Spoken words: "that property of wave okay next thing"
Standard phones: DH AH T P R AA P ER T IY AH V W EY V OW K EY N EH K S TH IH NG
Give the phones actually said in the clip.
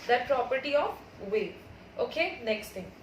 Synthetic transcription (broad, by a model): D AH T P R AA P ER T IY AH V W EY OW K EY N EH K S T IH NG